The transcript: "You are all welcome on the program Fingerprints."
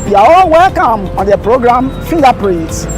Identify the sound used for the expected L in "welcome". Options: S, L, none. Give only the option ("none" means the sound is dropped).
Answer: L